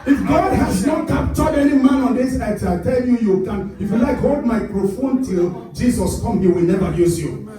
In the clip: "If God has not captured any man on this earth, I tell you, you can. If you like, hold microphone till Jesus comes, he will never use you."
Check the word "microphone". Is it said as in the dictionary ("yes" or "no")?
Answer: yes